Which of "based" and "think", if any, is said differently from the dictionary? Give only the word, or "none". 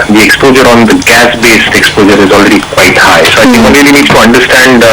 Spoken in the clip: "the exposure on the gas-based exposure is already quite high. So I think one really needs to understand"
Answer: think